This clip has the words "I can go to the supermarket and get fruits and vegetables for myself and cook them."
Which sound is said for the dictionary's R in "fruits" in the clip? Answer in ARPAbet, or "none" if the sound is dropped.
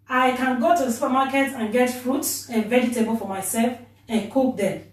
R